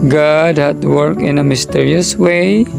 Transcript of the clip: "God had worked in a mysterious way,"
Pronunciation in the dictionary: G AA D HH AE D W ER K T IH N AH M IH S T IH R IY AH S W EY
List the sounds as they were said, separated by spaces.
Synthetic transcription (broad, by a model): G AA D HH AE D W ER K IH N AH M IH S T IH R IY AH S W EY